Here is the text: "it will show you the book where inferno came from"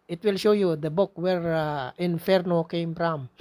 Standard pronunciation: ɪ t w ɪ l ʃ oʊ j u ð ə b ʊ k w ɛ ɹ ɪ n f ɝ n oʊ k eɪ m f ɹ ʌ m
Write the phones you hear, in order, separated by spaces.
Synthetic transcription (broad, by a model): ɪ t w ɪ l ʃ oʊ j u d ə b ʊ k w ɛ ɹ ɪ n f ɝ n oʊ k eɪ m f ɹ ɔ m